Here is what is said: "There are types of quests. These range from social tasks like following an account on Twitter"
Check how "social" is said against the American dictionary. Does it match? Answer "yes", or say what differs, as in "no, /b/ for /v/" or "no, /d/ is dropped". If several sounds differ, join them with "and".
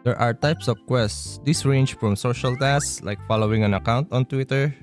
yes